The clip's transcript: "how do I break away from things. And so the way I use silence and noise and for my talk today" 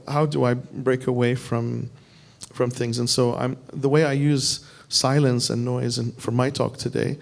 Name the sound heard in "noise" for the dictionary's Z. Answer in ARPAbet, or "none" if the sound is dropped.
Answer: Z